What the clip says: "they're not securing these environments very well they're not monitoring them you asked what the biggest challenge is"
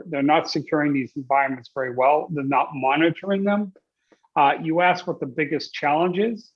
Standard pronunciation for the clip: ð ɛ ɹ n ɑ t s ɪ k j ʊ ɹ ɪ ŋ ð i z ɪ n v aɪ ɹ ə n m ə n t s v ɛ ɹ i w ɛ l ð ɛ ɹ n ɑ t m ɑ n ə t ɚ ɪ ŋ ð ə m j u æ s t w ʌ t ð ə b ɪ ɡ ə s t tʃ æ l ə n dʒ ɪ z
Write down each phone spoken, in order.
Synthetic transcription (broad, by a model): ð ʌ ɹ n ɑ t s ɪ k j ʊ ɹ ɪ ŋ ð i z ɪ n v aɪ ɹ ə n m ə n t s v ɛ ɹ i w ɛ l ð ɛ ɹ n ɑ t m ɑ n ə t ɚ ɪ ŋ ð ə m j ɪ æ s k w ʌ t ð ə b ɪ ɡ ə s tʃ æ l ə n dʒ ɪ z